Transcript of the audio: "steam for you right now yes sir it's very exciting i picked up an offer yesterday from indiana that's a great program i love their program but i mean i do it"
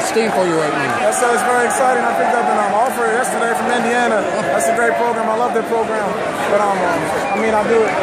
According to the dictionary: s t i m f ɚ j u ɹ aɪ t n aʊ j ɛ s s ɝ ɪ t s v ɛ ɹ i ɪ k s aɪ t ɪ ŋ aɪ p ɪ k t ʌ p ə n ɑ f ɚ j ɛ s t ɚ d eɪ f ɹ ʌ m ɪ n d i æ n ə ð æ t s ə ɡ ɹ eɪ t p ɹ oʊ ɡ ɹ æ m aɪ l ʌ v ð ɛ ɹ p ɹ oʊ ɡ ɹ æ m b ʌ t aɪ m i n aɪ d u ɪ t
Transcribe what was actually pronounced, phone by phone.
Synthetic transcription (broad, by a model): s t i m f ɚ j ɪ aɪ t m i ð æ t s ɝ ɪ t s v ɛ ɹ i ɪ k s aɪ t ɪ ŋ aɪ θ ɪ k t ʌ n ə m ɑ f ɚ j ɛ s t ɚ d eɪ f ɹ ʌ m ɪ n d i æ n ə ð æ t s ə ɡ ɹ eɪ t p ɹ oʊ ɡ ɹ æ m aɪ l ʌ v ð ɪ p ɹ oʊ ɡ ɹ æ m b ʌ t aɪ m i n aɪ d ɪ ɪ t